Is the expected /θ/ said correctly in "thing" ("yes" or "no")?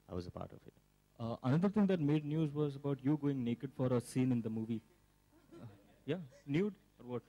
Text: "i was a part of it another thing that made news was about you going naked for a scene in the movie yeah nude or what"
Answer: no